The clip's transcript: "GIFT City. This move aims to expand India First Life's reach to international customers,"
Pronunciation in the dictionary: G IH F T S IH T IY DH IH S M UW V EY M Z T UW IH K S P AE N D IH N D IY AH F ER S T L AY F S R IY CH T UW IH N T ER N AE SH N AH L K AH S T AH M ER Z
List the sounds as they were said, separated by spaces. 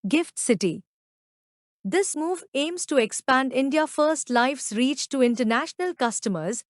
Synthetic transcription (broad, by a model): G IH F T S IH T IY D IH S M UW V EY M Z T UW IH K S P AE N D IH N D IY AH F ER S T L AY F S R IY CH T UW IH N T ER N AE SH N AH L K AH S T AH M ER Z